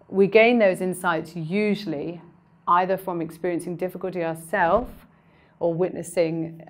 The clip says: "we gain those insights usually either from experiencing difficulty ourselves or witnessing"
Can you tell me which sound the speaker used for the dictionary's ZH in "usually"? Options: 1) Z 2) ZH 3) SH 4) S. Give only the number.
2